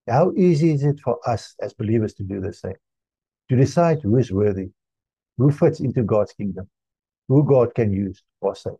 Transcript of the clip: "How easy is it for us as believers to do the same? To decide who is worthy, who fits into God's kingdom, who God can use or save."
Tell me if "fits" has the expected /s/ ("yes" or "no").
yes